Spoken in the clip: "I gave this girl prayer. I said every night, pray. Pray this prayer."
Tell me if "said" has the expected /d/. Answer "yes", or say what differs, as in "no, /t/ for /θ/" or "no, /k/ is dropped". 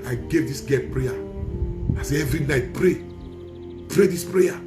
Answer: no, /d/ is dropped